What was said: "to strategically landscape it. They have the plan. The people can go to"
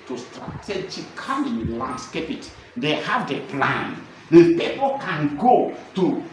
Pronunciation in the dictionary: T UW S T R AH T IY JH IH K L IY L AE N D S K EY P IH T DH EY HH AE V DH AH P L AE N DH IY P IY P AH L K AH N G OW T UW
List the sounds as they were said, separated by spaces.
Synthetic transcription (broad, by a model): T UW S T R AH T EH CH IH K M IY L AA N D S K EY P IH T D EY HH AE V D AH P L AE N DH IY P IY P AH L K AH N G OW T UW